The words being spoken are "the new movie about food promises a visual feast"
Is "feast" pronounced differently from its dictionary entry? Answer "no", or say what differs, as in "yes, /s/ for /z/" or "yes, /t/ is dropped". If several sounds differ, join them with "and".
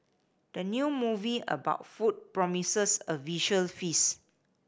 yes, /t/ is dropped